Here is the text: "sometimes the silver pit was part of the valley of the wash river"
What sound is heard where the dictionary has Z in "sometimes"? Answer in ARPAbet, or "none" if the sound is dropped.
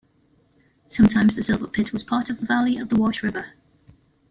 Z